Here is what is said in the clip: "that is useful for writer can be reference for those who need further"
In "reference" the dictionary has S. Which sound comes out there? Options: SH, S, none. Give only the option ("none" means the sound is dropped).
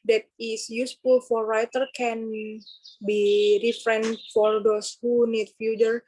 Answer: none